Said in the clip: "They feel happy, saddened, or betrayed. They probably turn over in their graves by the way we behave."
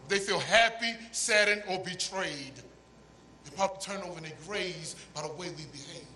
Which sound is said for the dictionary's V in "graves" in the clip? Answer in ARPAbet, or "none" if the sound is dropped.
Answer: none